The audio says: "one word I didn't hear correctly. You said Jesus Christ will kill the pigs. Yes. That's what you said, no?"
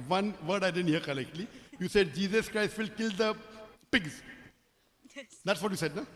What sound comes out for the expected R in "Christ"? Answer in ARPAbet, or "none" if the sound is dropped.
R